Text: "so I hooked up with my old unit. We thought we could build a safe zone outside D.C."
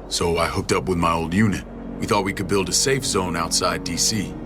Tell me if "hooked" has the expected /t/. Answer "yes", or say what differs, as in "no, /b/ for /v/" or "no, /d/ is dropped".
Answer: yes